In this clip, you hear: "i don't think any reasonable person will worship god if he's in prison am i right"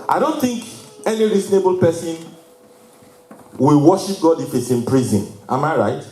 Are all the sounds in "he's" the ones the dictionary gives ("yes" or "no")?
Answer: no